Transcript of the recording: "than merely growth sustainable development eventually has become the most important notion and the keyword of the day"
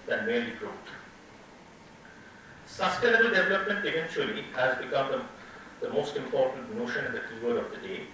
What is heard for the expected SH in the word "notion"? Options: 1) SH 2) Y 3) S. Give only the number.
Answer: 1